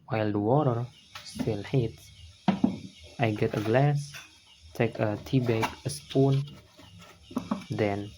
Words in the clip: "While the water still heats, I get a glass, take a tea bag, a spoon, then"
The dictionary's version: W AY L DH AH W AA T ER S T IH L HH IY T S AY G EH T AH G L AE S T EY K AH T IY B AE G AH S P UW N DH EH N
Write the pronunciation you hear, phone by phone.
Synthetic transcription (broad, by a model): W AY L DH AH W AA T ER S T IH L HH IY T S AY G EH T AH G L AE S T EY K AH T IY B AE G AH S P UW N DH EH N